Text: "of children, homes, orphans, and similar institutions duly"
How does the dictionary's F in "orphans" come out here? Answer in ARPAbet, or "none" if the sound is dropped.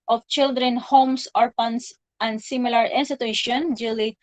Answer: P